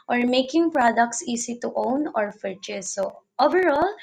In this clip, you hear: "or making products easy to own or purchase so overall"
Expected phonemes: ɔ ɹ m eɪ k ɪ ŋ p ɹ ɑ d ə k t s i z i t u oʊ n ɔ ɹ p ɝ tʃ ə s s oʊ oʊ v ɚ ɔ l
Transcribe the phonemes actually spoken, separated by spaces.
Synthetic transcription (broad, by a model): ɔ ɹ m eɪ k ɪ ŋ p ɹ ɑ d ə k t s i s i t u oʊ n ɔ ɹ f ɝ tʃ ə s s oʊ oʊ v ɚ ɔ l